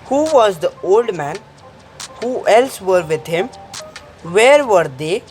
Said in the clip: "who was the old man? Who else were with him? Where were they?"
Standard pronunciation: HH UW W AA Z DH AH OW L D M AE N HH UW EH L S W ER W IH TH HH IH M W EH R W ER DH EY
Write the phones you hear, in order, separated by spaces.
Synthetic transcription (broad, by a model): HH UW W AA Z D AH OW L D M AE N HH UW EH L S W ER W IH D HH IH M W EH R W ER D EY